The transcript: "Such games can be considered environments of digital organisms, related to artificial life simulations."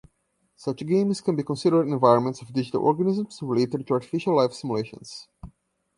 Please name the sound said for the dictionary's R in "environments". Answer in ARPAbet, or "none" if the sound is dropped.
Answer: R